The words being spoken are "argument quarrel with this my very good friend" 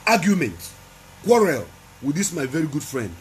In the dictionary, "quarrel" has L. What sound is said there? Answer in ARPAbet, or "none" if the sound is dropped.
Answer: L